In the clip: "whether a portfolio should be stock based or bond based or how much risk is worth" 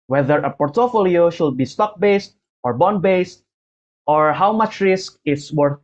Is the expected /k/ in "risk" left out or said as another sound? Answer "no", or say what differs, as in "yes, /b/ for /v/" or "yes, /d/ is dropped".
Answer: no